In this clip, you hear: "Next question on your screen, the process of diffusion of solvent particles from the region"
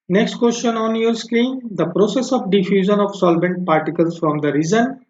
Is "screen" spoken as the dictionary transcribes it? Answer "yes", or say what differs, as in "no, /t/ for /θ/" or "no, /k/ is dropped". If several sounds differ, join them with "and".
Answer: no, /l/ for /ɹ/